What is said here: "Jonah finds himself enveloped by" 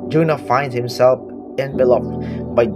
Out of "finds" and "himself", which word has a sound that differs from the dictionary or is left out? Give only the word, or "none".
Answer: finds